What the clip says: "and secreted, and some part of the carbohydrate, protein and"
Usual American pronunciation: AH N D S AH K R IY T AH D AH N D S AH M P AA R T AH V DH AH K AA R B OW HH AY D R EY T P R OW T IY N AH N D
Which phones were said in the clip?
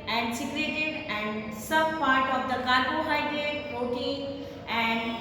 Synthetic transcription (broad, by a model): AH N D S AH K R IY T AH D AH N D S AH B P AA R T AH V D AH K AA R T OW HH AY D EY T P OW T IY AH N D